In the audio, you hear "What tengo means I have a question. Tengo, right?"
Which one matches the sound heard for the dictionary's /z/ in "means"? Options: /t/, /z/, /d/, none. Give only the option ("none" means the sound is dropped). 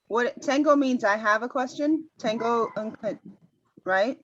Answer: /z/